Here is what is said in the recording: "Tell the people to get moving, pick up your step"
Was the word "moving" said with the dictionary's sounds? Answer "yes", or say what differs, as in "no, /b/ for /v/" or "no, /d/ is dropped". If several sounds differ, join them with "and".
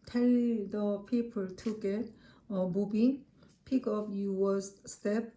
no, /b/ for /v/